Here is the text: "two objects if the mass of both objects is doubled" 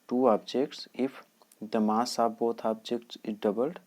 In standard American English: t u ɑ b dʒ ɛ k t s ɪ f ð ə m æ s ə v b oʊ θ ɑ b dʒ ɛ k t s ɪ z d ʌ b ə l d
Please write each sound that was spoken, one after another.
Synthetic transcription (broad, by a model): t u ɑ b dʒ ɛ k t s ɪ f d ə m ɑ s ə b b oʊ t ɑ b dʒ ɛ k t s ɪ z d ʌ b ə l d